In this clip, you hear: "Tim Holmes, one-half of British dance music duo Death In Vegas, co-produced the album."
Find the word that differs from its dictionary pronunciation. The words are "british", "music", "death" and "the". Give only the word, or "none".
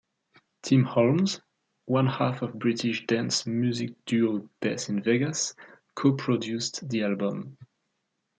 death